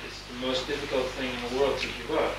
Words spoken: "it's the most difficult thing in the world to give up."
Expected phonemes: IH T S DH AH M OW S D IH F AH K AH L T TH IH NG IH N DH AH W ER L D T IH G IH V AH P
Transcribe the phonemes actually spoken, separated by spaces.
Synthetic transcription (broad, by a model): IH T S DH AH M OW S D IH F AH K AH L T TH IH NG IH N DH AH W ER L D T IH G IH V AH